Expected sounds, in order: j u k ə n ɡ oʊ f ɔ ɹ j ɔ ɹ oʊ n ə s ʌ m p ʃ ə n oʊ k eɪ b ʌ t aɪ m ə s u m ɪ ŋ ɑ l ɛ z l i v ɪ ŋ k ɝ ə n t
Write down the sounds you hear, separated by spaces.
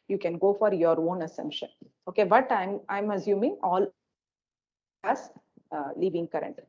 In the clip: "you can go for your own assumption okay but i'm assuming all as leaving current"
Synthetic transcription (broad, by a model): j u k ə n ɡ oʊ f ɔ ɹ j ɔ ɹ oʊ n ə s ʌ m p ʃ ə n oʊ k eɪ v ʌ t aɪ m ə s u m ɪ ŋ ɑ l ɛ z l i v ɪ ŋ k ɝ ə n t